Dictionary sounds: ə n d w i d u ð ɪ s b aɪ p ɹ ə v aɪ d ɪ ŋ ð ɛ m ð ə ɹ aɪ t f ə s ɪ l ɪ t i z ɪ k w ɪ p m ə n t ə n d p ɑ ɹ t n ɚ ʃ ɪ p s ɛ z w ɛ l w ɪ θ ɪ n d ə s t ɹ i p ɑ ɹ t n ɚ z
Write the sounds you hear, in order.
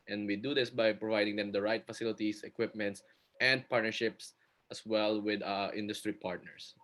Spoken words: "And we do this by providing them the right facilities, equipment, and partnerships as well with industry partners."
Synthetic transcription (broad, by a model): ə n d w i d u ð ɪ s b aɪ p ɹ ə v aɪ d ɪ ŋ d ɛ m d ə ɹ aɪ t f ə s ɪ l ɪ t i s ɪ k w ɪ p m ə n t ə n d p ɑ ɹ t n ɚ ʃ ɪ p s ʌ s w ɛ l w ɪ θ ɪ n d ə s t ɹ i p ɑ ɹ t n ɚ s